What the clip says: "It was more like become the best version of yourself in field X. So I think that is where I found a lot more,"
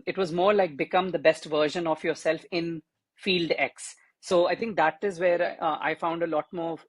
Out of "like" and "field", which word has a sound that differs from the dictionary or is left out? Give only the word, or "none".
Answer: none